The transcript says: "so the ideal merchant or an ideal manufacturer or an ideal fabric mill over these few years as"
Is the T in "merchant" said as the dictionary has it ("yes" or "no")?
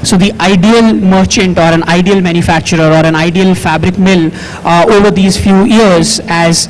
yes